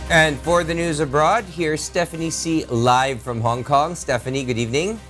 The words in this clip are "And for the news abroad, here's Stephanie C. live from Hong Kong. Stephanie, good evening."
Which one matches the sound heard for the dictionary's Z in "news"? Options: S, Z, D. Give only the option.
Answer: Z